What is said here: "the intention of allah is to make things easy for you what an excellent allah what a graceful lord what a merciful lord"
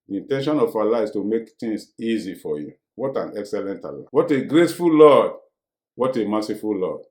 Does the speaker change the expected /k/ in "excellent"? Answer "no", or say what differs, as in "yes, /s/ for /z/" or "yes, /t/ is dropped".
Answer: no